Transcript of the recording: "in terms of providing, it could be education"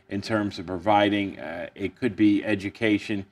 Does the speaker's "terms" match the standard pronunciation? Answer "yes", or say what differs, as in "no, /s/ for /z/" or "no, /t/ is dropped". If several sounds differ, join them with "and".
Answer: yes